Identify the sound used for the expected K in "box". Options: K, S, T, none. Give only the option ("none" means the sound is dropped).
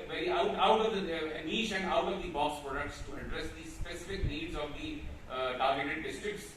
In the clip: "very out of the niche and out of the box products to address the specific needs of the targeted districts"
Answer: none